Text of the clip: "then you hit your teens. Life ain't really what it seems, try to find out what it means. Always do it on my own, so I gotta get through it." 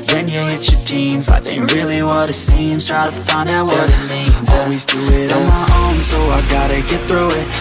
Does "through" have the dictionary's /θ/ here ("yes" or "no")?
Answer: yes